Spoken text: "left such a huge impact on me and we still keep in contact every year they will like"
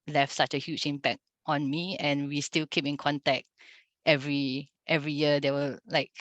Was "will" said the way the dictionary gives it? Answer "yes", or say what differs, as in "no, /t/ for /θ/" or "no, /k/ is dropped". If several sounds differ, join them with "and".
no, /w/ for /l/